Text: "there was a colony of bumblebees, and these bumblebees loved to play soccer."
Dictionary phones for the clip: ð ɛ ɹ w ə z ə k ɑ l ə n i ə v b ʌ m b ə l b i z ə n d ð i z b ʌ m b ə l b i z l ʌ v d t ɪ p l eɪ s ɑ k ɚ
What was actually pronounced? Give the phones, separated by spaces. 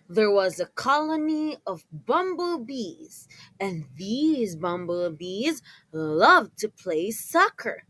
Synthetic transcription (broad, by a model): ð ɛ ɹ w ə z ə k ɑ l ə n i ə v b ʌ m b l b i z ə n ð i z b ʌ m b l b i z l ʌ v t ɪ p l eɪ s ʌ k ɚ